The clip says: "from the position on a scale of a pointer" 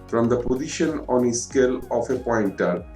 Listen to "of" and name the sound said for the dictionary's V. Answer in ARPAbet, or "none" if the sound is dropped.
F